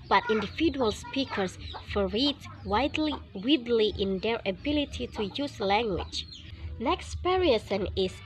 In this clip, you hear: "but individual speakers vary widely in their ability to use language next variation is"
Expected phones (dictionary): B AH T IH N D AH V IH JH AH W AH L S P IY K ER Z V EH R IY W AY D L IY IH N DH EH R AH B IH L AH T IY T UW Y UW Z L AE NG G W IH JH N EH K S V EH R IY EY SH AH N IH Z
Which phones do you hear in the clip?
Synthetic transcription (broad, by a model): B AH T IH N D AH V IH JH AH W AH L S P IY K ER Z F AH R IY W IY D L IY IH N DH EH R AH B IH L AH T IY T UW Y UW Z L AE NG G W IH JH N EH K S P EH R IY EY S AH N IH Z